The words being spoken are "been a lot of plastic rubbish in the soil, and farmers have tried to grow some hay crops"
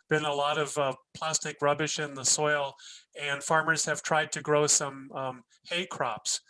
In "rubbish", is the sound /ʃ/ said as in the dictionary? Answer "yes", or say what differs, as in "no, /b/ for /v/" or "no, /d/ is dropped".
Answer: yes